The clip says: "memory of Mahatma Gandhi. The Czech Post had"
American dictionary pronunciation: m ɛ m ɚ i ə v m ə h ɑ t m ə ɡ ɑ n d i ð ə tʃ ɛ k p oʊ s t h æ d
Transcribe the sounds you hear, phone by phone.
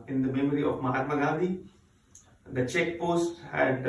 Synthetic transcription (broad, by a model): m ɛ m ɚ i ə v m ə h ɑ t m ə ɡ ɑ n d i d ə tʃ ɛ k p oʊ s t h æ d